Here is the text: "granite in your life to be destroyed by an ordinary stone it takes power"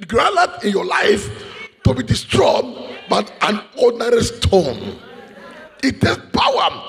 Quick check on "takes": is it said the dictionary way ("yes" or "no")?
no